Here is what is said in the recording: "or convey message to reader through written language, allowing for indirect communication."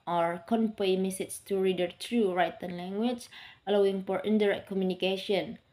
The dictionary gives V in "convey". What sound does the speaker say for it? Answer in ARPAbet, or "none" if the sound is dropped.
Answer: P